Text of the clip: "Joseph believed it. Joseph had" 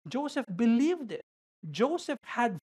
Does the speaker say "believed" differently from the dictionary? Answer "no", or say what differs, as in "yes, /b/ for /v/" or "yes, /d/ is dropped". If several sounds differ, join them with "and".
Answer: no